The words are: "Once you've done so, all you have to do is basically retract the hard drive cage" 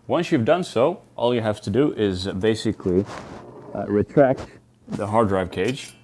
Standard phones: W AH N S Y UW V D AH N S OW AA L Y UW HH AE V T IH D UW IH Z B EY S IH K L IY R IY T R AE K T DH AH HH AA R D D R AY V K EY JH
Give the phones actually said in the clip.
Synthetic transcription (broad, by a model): W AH N S Y UW V D AH N S OW AA L Y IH HH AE F T IH D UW IH Z B EY S IH K L IY R IY T R AE K T DH AH HH AA R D D R AY V K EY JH